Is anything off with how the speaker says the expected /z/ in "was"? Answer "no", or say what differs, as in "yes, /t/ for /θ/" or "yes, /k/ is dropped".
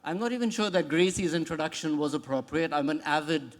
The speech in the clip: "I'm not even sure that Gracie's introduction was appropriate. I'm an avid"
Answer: no